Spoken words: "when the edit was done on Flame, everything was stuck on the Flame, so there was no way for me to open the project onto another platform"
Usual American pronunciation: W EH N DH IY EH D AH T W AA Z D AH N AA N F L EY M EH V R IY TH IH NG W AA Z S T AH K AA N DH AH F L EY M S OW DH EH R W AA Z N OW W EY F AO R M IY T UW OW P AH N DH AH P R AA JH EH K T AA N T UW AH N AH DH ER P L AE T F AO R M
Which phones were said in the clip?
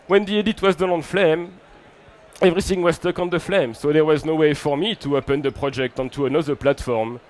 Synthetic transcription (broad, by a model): W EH N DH IY EH D AH T W AA Z D AH N AA N F L EY M EH V R IY TH IH NG W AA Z S T AH K AA N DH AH F L EY M S OW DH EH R W AA Z N OW W EY F AO R M IY T UW OW P AH N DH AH P R AA JH EH K T AA N T UW AH N AH DH ER P L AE T F AO R M